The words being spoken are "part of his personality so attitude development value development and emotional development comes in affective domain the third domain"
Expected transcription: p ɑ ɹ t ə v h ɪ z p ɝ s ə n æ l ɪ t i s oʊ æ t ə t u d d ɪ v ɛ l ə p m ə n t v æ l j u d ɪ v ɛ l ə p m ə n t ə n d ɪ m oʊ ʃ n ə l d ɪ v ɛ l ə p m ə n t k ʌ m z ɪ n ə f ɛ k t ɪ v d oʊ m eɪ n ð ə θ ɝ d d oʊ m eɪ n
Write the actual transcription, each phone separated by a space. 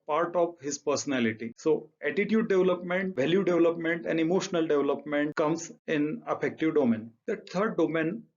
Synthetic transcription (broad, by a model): p ɑ ɹ t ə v h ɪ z p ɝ s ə n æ l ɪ t i s oʊ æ t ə t u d d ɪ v l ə p m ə n t v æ l j u d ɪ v l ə p m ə n t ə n d ɪ m oʊ ʃ n ə l d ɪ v l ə p m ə n t k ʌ m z ɪ n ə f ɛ k t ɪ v d oʊ m eɪ n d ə t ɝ d d oʊ m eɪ n